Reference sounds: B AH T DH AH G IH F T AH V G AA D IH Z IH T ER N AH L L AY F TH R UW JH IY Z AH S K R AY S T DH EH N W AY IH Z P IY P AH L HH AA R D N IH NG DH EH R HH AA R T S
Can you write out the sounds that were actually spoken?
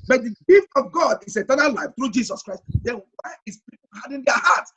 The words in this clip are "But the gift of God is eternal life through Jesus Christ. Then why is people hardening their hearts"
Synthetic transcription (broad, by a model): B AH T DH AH G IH F T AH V G AA D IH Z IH T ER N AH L L AY F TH R UW JH IY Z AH S K R AY S T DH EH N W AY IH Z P IY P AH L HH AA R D IH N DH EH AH HH AA T S